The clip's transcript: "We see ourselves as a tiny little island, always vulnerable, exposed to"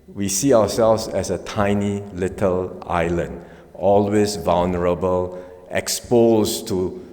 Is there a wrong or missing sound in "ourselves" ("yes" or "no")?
yes